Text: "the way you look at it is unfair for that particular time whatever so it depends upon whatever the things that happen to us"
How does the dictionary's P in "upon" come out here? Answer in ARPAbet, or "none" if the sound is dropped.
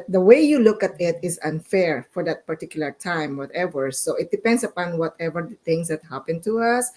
P